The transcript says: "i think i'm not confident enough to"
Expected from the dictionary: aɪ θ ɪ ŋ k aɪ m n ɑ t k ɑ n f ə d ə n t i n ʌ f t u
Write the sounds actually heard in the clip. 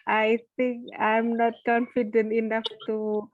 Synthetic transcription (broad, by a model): aɪ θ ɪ ŋ k aɪ m n ɑ t k ɑ n f ə d ə n t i n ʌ f t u